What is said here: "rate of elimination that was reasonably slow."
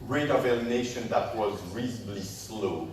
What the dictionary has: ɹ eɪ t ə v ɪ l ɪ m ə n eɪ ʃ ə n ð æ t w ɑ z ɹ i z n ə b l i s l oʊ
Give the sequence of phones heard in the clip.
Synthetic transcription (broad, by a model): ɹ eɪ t ə v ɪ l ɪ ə n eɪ ʃ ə n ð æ t w ɑ z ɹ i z ə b l i s l oʊ